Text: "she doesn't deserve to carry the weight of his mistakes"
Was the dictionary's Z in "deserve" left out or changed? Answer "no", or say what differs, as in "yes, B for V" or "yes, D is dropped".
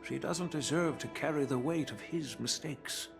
no